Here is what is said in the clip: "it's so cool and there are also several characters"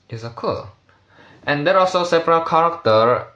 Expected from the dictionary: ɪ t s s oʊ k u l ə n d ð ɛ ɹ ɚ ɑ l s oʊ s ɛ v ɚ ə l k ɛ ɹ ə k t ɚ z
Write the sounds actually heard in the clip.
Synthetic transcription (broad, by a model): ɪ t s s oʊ k u l ə n d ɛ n ɑ l s oʊ s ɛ p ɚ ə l k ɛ ɹ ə k t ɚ